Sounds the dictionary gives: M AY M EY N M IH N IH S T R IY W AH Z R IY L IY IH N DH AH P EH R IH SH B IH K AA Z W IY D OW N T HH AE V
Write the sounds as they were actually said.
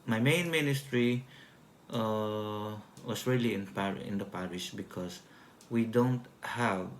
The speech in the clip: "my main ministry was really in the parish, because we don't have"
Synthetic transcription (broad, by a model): M AY M EY N M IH N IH S T R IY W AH S R IY L IY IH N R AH P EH R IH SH B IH K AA S W IY D OW N T HH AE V